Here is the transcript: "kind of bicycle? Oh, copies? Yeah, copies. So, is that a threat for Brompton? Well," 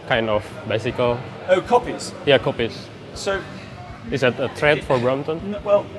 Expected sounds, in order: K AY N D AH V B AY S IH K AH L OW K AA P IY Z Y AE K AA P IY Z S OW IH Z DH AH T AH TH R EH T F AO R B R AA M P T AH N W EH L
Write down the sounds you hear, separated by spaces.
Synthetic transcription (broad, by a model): K AY N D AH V B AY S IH K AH L OW K AA P IY Z Y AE K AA P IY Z S OW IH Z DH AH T AH T R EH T F AO R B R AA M T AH N W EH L